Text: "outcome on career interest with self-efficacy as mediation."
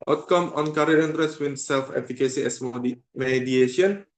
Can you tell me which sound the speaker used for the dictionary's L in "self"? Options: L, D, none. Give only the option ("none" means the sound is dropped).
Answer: L